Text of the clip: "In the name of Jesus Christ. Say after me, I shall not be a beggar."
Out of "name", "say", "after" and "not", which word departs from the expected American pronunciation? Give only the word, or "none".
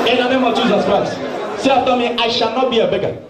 after